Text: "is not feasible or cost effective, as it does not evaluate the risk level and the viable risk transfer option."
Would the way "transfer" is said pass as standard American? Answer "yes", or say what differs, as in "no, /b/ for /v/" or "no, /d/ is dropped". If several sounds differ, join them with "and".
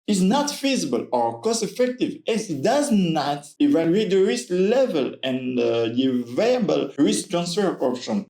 yes